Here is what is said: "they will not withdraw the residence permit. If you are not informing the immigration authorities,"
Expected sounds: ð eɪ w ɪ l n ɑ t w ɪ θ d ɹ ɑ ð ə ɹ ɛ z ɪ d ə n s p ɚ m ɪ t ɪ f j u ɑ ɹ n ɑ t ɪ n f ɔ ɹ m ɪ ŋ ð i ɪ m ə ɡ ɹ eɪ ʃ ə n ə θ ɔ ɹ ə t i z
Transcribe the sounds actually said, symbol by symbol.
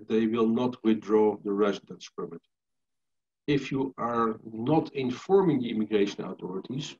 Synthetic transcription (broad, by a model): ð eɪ w ɪ l n ɑ t w ɪ θ d ɹ ɑ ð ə ɹ ɛ z ɪ d ə n s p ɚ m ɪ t ɪ f j u ɑ ɹ n ɑ t ɪ n f ɔ ɹ m ɪ ŋ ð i ɪ m ə ɡ ɹ eɪ ʃ ə n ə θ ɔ ɹ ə t i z